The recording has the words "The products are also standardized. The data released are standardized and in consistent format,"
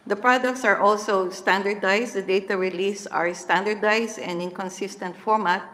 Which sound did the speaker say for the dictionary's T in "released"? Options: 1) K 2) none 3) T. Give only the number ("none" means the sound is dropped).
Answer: 2